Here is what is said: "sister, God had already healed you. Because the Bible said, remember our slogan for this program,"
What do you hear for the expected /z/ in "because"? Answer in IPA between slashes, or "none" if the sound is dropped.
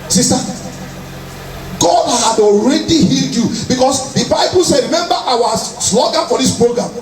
/s/